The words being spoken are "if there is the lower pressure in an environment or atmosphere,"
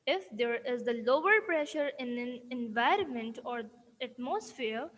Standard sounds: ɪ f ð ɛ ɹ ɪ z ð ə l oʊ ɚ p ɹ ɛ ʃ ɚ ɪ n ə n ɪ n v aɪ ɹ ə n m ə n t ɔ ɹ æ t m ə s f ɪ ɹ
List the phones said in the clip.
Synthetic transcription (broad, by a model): ɪ f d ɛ ɹ ɪ z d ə l oʊ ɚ p ɹ ɛ ʃ ɚ ɪ n ə n ɪ n v aɪ ɹ ə n m ə n t ɔ ɹ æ t m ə s f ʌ ɹ